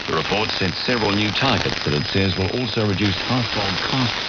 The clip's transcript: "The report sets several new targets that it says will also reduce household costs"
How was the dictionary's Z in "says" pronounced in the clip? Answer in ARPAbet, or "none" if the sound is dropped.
Z